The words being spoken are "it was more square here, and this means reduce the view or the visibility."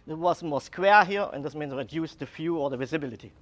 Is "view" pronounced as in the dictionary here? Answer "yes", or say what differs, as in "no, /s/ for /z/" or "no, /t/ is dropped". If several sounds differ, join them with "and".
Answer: no, /f/ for /v/